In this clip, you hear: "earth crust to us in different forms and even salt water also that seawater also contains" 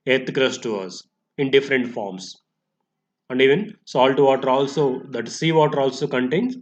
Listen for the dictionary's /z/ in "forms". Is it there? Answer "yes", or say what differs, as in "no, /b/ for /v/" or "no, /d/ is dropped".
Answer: no, /s/ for /z/